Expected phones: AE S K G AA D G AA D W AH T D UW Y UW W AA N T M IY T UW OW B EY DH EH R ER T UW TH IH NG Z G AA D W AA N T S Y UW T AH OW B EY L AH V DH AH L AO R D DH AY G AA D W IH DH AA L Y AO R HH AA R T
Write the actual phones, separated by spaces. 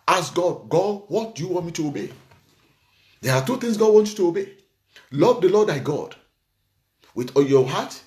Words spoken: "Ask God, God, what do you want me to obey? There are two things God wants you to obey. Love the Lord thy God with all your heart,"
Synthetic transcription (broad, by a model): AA S G AA D G AA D W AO T D UW Y UW W AA N T M IY T UW OW B EY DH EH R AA T UW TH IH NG S G AA D W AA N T Y UW T AH OW B EY L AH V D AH L AO D AY G AA D W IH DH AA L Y AO HH AA T